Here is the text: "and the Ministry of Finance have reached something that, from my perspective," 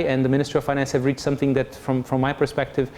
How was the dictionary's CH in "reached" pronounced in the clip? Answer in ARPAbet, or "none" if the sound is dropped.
CH